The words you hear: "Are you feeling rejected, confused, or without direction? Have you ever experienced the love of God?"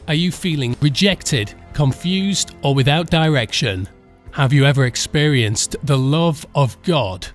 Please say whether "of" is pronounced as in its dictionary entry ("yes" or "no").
yes